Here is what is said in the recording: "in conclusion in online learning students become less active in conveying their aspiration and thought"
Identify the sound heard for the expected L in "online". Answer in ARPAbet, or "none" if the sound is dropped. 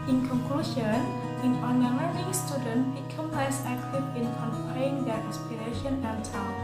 none